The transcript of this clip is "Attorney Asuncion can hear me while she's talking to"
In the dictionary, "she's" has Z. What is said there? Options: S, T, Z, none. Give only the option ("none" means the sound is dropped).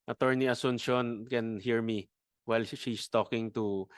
S